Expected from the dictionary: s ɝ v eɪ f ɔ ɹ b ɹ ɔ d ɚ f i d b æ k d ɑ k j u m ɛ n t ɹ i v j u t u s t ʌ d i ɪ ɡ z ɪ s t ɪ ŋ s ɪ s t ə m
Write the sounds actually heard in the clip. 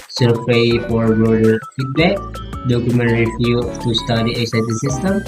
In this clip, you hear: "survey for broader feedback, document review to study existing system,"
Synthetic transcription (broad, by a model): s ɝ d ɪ f ɔ ɹ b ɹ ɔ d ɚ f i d b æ k d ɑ k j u m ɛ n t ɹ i f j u t u s t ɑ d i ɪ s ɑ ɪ t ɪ s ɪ s t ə m